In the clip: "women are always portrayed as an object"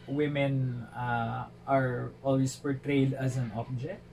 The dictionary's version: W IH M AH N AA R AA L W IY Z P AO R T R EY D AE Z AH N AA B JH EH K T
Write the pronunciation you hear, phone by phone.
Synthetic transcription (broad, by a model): W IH M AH N AA R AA L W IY S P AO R T R EY D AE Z AH N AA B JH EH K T